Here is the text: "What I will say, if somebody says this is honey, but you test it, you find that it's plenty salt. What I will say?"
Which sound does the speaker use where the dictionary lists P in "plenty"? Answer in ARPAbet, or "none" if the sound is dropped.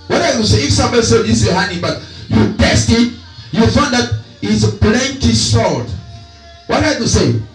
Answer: B